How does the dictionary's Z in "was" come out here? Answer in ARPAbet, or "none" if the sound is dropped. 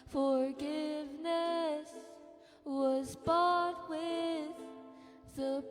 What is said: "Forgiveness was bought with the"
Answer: Z